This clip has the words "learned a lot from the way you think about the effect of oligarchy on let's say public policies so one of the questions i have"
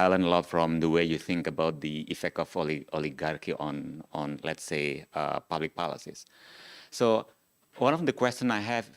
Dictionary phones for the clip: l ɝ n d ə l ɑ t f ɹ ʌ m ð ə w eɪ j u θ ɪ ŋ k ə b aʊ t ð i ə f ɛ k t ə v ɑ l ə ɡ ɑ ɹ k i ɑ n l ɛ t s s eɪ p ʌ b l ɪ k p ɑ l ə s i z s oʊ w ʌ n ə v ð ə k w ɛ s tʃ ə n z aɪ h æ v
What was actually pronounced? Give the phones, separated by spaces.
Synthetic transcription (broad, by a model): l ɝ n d ə l ɑ t f ɹ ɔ m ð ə w eɪ j u θ ɪ ŋ k ə b aʊ t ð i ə f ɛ k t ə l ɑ l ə ɡ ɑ ɹ k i ɑ n l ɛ t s s eɪ p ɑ b l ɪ k p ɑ l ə s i s oʊ w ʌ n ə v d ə k w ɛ s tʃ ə n aɪ h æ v